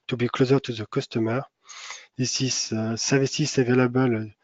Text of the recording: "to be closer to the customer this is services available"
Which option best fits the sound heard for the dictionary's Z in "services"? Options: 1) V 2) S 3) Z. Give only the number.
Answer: 2